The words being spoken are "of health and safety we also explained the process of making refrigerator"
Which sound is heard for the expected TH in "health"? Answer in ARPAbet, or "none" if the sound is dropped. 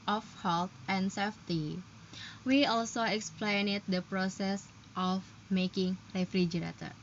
T